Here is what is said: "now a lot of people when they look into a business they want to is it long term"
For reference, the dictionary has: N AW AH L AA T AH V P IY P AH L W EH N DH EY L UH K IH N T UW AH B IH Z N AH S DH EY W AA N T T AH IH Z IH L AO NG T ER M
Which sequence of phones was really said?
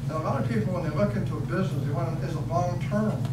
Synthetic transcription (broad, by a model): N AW AH L AA T AH V P IY P L W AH N DH EY L UH K IH N T UW AH B IH Z N AH S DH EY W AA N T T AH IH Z IH L AO NG T ER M